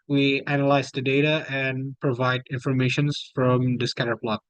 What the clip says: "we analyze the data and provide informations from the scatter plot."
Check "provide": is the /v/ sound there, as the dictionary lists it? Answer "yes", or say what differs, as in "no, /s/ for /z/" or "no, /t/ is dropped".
yes